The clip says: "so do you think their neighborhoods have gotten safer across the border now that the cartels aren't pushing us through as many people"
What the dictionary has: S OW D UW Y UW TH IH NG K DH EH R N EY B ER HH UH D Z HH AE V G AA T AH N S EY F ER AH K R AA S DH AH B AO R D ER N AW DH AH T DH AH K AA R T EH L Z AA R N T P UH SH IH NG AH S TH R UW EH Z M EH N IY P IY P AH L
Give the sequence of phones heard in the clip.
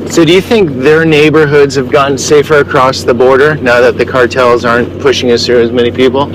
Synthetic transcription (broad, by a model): S OW D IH Y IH TH IH NG K DH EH R N EY B ER HH UH D Z HH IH V G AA T N S EY F ER AH K R AA S DH AH B AO R D ER N AW DH AH T DH AH K AA R T EH L Z AA R N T P UH SH IH NG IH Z TH R UW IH Z M EH N IY P IY P L